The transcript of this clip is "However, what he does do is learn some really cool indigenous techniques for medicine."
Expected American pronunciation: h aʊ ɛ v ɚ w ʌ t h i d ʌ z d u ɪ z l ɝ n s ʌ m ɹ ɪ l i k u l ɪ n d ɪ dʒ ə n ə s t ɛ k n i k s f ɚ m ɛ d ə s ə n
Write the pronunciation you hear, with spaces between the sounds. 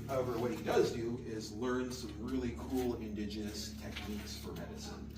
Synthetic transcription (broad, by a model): h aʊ ɛ v ɚ w ʌ t h i d ʌ z d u ɪ z l ɝ n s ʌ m ɹ ɪ l i k u l ɪ n d ɪ dʒ ə n ə s t ɛ k n i k s f ɚ m ɛ d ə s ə n